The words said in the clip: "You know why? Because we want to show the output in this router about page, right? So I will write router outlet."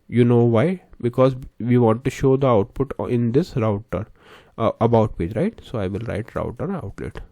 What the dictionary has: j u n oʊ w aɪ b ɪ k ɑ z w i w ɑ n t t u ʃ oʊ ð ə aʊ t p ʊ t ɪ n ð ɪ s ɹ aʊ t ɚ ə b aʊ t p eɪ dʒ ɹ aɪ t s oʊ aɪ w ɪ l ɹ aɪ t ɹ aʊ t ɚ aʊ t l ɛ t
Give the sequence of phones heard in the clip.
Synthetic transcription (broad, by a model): j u n oʊ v aɪ b ɪ k ɑ z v i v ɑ n t t u ʃ oʊ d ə aʊ t p ʊ t ɪ n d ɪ s ɹ aʊ t ɚ ə b aʊ t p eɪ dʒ ɹ aɪ t s oʊ aɪ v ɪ l ɹ aɪ t ɹ aʊ t ɚ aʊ t l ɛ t